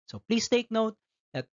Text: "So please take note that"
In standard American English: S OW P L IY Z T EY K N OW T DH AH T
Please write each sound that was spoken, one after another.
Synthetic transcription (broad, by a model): S OW P L IY S T EY K N OW T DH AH T